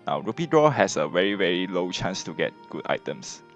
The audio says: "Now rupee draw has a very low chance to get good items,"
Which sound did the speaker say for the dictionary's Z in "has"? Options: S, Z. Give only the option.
S